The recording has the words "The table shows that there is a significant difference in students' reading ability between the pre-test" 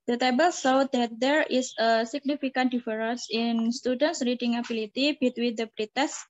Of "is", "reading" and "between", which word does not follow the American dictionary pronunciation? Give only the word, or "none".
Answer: is